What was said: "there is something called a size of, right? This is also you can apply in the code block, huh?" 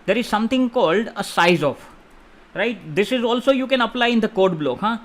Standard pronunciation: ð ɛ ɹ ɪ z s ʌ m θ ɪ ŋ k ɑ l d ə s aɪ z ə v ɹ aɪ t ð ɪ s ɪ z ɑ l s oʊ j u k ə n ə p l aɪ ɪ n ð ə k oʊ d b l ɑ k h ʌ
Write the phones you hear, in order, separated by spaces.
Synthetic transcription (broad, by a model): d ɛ ɹ ɪ z s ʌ m t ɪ ŋ k ɑ l d ə s aɪ z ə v ɹ aɪ t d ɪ s ɪ z ɑ l s oʊ j u k ə n ə p l aɪ ɪ n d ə k oʊ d b l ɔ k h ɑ